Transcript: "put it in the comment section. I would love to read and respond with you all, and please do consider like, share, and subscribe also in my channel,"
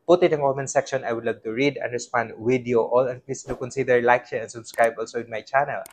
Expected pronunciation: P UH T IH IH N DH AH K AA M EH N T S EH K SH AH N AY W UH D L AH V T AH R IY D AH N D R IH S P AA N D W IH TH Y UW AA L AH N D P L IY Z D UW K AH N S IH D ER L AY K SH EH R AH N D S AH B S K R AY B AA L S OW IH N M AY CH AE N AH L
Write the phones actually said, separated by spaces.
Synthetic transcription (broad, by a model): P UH T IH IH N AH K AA M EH N S EH K SH AH N AY W UH D L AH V T AH R IY D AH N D R IH S P AA N D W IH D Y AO AA L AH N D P L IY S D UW K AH N S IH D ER L AY K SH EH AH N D S AH B S K R AY B AA L S OW IH N M AY CH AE N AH L